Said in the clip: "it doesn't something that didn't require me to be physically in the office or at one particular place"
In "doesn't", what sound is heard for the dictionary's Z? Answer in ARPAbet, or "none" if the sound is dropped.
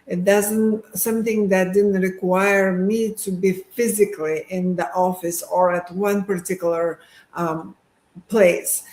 Z